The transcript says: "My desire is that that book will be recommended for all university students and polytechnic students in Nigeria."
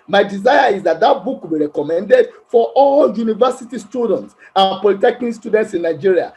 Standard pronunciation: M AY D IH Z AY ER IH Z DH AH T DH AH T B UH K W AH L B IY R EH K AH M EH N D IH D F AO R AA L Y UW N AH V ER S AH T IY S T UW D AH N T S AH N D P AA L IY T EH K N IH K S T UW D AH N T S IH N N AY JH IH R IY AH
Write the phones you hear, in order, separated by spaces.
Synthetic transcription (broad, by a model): M AY D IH Z AY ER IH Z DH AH T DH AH T B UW K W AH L B IY R EH K AH M EH N D IH D F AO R AA L Y UW N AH V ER S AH T IY S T UW D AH N T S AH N P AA L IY T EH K IH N S T UW D AH N T S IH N N AY JH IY R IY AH